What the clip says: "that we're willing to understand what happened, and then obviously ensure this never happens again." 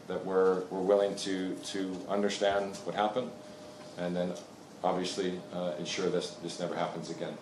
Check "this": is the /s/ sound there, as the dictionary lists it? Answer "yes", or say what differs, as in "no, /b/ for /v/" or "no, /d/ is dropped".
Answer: yes